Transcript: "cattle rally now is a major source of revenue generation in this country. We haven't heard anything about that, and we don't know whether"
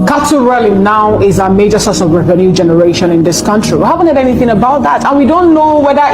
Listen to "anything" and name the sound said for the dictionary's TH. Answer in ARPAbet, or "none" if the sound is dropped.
TH